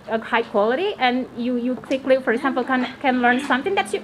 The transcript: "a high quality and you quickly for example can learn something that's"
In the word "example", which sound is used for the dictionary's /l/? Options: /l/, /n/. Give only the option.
/n/